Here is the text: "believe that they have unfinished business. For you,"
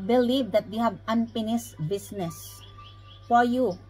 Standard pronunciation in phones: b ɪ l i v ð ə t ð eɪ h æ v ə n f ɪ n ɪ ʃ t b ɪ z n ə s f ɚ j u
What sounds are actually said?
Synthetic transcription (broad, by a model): b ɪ l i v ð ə t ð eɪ h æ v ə n p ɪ n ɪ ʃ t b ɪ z n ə s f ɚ j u